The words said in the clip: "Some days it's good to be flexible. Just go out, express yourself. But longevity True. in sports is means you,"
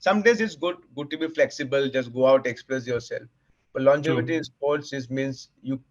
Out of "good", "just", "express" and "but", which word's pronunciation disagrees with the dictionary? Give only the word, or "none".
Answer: express